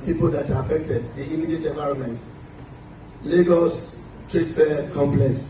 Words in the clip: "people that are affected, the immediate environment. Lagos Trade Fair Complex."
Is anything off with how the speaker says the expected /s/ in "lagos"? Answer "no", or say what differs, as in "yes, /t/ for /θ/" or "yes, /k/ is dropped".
no